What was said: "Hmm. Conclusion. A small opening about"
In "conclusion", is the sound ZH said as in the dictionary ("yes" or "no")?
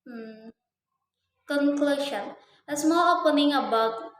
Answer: no